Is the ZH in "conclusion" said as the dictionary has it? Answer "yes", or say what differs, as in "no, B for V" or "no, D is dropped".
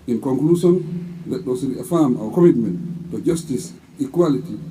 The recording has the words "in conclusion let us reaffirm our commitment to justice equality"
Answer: no, S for ZH